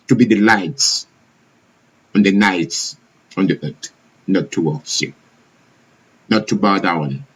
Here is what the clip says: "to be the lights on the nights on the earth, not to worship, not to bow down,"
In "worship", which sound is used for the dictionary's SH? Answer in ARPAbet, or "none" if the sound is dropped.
S